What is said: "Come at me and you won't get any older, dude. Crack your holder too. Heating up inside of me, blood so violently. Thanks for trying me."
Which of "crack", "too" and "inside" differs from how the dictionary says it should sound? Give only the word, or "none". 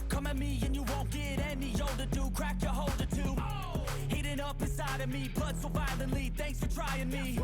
inside